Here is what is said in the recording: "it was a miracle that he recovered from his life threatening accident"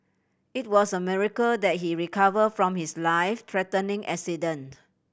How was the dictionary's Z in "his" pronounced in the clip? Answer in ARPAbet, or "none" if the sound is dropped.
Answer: S